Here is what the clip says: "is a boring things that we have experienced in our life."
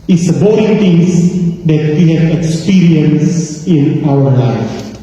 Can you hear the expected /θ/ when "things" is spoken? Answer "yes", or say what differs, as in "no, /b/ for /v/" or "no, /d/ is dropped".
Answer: no, /t/ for /θ/